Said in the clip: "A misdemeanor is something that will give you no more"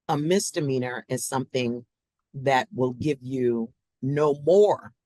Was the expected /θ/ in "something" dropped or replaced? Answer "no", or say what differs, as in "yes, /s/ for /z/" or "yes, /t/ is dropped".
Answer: no